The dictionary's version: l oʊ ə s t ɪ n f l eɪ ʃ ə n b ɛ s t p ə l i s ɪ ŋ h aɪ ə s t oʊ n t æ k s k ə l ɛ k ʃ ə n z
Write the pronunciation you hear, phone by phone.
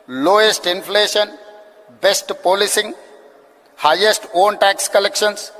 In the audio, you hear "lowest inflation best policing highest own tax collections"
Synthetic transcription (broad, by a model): l oʊ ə s t ɪ n f l eɪ ʃ ə n b ɛ s t p ə l i s ɪ ŋ h aɪ ə s t oʊ n t æ k s k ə l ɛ k ʃ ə n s